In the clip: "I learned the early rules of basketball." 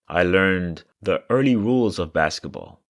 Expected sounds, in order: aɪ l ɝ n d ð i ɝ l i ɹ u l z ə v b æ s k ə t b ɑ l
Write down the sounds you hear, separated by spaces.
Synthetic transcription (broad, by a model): aɪ l ɝ n ð i ɝ l i ɹ u l z ə v b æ s k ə t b ɑ l